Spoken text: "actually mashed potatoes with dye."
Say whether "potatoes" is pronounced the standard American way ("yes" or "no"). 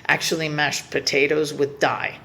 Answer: yes